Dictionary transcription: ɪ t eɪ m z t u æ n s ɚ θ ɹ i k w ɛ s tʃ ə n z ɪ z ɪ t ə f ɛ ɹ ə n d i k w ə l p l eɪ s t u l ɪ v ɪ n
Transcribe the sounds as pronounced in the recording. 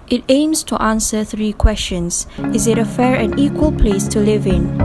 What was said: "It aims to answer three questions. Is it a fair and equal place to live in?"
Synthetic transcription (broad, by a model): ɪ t eɪ m s t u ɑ n s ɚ θ ɹ i k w ɛ s tʃ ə n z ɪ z ɪ t ə f ɛ ɹ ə n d i k w ə l p l eɪ s t u l ɪ v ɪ n